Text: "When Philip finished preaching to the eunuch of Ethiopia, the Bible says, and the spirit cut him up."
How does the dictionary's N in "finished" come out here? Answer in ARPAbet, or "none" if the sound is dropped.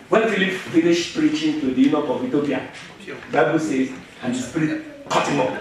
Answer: L